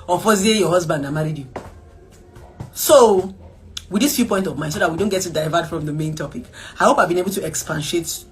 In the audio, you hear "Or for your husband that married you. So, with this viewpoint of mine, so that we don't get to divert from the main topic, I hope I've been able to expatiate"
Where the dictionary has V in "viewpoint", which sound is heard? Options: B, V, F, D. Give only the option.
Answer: F